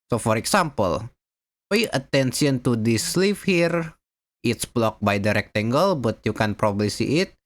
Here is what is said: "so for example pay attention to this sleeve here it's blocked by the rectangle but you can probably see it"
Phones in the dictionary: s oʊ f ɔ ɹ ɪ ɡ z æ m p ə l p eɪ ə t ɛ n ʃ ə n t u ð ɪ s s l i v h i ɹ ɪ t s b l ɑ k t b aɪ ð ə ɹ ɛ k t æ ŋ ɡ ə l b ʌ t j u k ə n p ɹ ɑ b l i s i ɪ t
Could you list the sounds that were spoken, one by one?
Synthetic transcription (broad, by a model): s oʊ f ɔ ɹ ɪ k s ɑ m p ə l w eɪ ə t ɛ n s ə n t u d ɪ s s l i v h i ɹ ɪ t s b l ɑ k b aɪ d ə ɹ ɛ k t æ ŋ ɡ ə l b ʌ t j u k ə n p ɹ ɑ b l i s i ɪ t